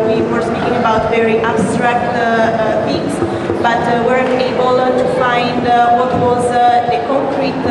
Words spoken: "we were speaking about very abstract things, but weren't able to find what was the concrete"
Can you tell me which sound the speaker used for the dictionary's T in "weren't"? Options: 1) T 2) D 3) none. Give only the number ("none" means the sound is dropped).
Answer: 3